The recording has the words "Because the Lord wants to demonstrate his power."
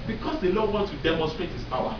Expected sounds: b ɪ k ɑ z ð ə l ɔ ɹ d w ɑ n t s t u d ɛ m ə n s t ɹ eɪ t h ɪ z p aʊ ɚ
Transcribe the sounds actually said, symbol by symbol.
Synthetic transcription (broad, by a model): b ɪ k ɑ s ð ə l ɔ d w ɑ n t t u d ɛ m ə n s t ɹ eɪ t h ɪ s p aʊ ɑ